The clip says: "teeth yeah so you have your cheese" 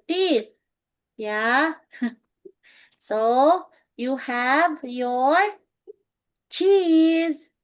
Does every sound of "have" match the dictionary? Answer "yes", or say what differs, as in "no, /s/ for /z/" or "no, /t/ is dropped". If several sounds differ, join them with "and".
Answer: yes